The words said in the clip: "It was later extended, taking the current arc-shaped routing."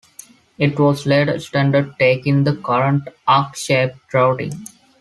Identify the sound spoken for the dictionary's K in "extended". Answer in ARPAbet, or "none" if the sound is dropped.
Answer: none